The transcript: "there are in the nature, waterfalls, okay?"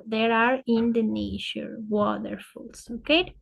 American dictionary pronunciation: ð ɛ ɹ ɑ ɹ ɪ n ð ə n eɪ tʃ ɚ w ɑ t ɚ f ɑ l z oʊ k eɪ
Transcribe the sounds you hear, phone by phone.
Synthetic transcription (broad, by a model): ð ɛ ɹ ɑ ɹ ɪ n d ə n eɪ ʃ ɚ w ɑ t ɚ f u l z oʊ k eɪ